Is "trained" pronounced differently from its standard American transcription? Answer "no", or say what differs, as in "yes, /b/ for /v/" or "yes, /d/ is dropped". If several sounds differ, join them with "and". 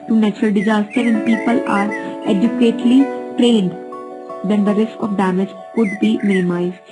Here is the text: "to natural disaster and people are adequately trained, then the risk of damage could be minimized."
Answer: no